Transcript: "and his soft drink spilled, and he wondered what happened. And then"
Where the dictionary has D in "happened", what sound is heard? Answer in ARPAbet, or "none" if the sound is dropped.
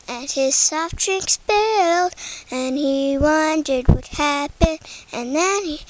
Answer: none